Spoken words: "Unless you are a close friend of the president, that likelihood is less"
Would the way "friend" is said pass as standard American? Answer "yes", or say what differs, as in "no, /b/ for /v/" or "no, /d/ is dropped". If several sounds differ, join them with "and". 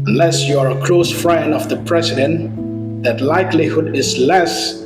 no, /d/ is dropped